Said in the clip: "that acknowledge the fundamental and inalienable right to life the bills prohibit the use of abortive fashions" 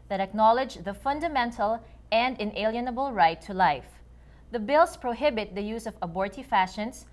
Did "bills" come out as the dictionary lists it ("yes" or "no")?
no